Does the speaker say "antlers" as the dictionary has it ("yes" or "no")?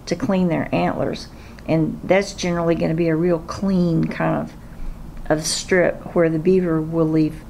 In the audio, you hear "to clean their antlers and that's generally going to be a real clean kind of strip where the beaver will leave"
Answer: yes